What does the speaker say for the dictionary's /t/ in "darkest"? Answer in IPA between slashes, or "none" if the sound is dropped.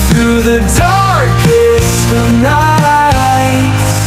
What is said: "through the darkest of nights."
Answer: none